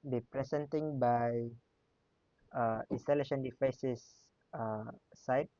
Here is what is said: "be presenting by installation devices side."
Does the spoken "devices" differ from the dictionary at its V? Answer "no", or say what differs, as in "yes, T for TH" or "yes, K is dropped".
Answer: yes, F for V